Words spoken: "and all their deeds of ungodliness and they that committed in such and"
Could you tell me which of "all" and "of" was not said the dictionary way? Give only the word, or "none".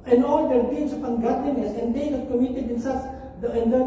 of